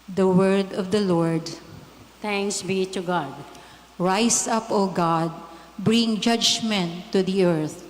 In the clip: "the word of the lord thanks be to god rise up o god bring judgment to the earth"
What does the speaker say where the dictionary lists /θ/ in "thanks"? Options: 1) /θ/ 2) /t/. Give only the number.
2